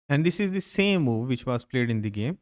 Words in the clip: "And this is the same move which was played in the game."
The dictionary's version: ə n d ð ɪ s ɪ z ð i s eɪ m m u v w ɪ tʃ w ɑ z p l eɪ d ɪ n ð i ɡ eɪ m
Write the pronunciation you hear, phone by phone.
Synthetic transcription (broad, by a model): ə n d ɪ s ɪ z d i s eɪ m m u v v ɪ tʃ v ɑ s p l eɪ d ɪ n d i ɡ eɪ m